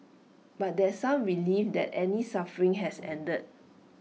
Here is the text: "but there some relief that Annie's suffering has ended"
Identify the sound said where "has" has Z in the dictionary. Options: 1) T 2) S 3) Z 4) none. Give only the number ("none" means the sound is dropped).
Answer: 2